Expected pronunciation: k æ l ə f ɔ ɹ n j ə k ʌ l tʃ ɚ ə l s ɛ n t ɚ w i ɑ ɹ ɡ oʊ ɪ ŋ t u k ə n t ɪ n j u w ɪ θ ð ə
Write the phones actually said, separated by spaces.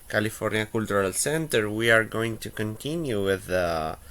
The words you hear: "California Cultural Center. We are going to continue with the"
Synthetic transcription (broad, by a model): k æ l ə f ɔ ɹ n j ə k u l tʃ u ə l s ɛ n t ɚ w i ɑ ɹ ɡ oʊ ɪ ŋ t u k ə n t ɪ n j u w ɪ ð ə